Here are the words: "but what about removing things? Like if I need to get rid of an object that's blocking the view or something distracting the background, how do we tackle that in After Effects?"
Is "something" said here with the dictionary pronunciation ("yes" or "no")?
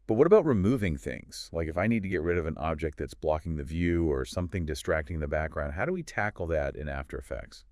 yes